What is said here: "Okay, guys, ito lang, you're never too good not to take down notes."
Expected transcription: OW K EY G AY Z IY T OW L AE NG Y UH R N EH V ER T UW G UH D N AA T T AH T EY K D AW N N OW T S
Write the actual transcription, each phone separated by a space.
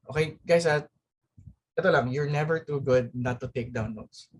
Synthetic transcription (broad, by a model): OW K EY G AY S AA T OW L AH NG Y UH R N EH V ER T UW G UH D N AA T T AH T EY K D AW N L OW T S